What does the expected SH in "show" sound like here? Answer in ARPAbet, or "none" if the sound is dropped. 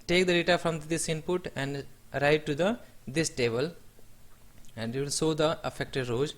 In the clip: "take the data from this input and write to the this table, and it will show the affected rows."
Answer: S